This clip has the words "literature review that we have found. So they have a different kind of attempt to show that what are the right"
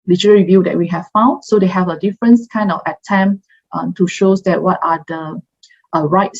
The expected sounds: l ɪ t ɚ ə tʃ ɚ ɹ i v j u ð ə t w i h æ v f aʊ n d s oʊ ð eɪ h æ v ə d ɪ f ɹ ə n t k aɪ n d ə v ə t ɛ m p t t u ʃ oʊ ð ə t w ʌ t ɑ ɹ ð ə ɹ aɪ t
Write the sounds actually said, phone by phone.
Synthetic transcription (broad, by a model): l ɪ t ɚ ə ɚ ɹ i v j u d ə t w i h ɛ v f aʊ n d s oʊ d eɪ h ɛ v ə d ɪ f ɹ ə n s k aɪ n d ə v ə t ɛ m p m t u ʃ oʊ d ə t w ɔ t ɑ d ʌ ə ɹ aɪ t